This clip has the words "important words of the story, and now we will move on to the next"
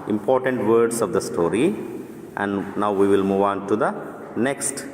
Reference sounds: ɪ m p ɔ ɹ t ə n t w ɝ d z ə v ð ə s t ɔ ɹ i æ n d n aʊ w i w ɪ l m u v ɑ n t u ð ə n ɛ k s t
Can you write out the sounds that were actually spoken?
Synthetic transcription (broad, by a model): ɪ m p ɔ ɹ t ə n t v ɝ d s ə v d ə s t ɔ ɹ i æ n d n aʊ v i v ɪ l m u v ɑ n t u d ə n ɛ k s t